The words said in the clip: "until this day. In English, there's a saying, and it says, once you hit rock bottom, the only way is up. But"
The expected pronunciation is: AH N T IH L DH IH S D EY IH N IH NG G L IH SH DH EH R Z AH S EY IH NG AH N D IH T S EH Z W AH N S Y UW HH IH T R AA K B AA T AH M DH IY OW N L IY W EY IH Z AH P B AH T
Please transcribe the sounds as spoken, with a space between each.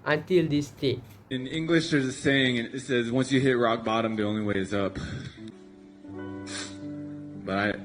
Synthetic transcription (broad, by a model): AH N T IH L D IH S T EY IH N IH NG G L IH SH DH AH R Z AH S EY IH NG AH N IH T S EH Z W AH N S Y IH HH IH T R AA K B AA T AH M DH IY OW N L IY W EY IH Z AH P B AH T